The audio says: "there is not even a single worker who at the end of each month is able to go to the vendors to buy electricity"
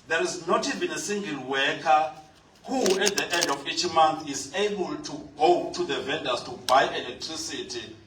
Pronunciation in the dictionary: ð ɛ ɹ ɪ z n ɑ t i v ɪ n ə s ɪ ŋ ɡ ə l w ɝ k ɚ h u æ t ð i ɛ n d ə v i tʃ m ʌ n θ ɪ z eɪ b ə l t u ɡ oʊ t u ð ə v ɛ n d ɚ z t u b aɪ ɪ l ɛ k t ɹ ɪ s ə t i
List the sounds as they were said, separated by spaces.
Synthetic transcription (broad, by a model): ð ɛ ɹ ɪ z n ɑ t i v ɪ n ə s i ŋ ɡ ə l w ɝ k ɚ h u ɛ t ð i ɛ n d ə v i tʃ m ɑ n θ ɪ z eɪ b ə l t u ɡ oʊ t u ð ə v ɛ n d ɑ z t u b aɪ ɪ l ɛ k t ɹ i s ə t i